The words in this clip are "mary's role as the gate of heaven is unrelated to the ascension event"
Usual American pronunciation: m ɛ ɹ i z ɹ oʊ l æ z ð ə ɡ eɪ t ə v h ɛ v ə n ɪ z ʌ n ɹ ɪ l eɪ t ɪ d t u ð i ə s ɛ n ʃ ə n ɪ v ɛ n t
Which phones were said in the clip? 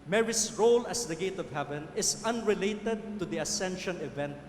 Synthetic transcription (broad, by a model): m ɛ ɹ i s ɹ oʊ l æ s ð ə ɡ eɪ t ə v h ɛ v ə n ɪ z ʌ n ɹ ɪ l eɪ t ɪ d t u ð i ə s ɛ n ʃ ə n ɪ v ɛ n t